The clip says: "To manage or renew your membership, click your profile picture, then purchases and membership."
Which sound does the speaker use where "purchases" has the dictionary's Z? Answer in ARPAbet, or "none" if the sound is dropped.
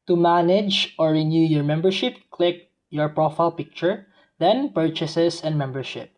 S